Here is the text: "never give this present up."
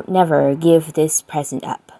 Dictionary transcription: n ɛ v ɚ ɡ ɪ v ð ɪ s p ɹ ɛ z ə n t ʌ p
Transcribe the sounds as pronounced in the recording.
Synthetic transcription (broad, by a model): n ɛ v ɚ ɡ ɪ v ð ɪ s p ɹ ɛ z ə n t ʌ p